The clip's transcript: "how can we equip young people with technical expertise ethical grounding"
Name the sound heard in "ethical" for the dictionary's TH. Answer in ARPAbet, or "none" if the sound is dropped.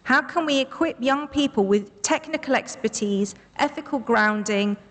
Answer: TH